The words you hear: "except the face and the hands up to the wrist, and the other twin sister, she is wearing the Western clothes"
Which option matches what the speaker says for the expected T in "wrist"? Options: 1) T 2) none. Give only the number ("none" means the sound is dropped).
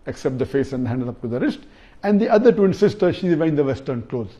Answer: 1